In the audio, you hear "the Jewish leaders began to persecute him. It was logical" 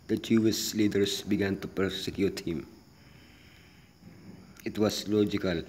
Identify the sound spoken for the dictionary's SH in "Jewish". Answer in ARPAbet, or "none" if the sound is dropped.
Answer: S